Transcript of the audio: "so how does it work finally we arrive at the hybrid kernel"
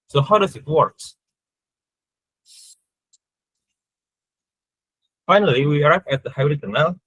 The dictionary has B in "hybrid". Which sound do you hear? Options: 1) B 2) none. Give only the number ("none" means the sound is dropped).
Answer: 2